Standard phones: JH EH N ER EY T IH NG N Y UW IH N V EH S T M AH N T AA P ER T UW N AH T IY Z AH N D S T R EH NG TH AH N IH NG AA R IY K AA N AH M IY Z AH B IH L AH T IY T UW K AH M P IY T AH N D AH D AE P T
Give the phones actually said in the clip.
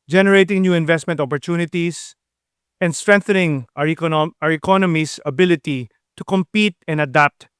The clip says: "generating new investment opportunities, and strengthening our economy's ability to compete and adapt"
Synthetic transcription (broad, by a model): JH EH N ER EY T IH NG N Y UW IH N V EH S T M AH N T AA P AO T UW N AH T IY S AH N D S T R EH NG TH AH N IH NG AA R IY K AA N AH M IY S AH B IH L AH T IY T UW K AH M P IY T AH N D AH D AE P T